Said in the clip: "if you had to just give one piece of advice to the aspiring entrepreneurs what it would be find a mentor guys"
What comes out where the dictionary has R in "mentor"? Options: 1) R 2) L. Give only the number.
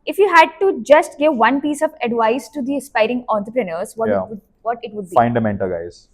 2